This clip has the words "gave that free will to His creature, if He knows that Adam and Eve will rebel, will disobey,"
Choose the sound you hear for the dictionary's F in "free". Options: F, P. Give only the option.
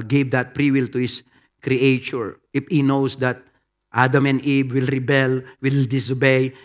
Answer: P